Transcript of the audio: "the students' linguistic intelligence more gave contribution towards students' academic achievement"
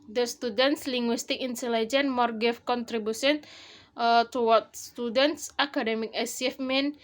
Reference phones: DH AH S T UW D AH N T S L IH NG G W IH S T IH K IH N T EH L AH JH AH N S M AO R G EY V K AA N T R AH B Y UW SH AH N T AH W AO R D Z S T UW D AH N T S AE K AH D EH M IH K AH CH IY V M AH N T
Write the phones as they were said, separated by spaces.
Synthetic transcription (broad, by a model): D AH S T UW D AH N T S L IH NG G W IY S T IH K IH N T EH L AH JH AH N M AO R G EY F K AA N T R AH B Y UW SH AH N T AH W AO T S T UW D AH N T S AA K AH D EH M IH K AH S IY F M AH N